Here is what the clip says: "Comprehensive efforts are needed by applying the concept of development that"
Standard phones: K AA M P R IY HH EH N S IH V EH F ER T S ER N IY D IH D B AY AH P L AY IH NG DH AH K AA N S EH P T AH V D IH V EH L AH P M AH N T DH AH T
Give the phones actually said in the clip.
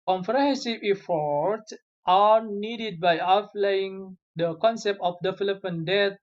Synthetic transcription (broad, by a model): K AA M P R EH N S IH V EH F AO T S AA N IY D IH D B AY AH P L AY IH NG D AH K AA N S EH P T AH F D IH F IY L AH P AH N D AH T